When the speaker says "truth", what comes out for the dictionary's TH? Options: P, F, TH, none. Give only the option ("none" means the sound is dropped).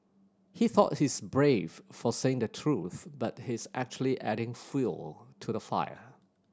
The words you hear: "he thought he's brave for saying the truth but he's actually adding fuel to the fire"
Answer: TH